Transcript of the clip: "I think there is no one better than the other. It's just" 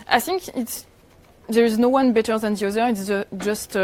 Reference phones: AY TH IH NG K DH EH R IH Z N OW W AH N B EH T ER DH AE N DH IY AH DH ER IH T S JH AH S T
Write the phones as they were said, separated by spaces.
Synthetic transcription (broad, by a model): AY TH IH NG K DH EH R IH Z N OW W AH N B EH T ER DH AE N DH IY AH DH ER IH T S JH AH S T